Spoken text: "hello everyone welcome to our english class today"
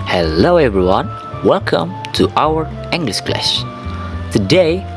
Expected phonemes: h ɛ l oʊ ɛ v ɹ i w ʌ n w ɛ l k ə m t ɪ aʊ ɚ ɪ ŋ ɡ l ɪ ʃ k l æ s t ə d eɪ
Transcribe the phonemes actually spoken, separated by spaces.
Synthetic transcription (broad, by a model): h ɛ l oʊ ɛ v ɹ i w ʌ n w ɛ l k ə m t ɪ aʊ ɚ ɪ ŋ ɡ l ɪ ʃ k l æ ʃ t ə d eɪ